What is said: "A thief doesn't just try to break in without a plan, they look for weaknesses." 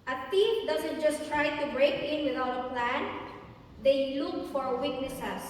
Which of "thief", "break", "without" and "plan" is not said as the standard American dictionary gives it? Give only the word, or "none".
thief